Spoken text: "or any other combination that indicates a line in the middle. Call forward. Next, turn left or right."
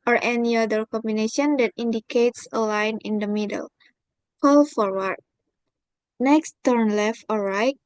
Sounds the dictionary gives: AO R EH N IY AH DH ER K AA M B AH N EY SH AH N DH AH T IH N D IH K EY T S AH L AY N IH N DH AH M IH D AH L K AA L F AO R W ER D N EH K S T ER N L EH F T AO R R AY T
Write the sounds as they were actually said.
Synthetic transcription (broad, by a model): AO R EH N IY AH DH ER K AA M B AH N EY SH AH N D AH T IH N D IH K EY T S AH L AY N IH N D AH M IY D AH L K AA L F AO R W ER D N EH K S T ER N L EH F T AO L R AY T